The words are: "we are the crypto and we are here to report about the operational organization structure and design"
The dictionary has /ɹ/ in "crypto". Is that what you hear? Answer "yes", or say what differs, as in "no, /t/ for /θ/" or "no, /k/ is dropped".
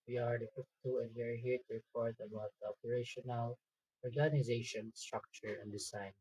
no, /ɹ/ is dropped